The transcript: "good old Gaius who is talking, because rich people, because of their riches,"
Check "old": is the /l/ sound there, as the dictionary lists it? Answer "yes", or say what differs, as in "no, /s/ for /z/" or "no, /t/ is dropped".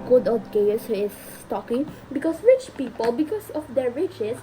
no, /l/ is dropped